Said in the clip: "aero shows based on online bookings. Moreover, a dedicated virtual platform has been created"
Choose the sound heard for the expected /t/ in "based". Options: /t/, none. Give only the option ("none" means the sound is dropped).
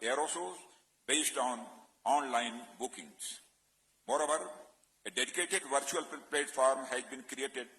/t/